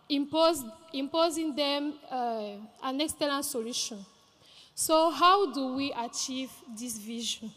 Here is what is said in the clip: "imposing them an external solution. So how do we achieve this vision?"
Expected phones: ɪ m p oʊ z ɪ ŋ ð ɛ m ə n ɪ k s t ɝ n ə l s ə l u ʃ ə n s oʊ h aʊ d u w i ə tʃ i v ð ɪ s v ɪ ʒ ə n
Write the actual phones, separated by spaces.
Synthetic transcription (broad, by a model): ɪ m p oʊ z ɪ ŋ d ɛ m ə n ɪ k s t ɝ l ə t s ə l u ʃ ə n s oʊ h aʊ d u w i ə tʃ i v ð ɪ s v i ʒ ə n